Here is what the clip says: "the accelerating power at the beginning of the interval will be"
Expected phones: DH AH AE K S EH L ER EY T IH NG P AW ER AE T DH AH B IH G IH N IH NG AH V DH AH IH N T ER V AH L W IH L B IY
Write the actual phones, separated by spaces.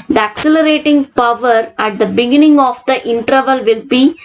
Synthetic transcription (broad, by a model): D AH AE K S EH L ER EY T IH NG P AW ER AE T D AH B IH G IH N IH NG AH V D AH IH N T ER V AH L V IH L B IY